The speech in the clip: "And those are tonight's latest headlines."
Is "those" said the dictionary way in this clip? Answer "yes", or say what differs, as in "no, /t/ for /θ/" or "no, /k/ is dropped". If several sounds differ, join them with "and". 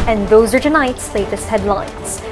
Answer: yes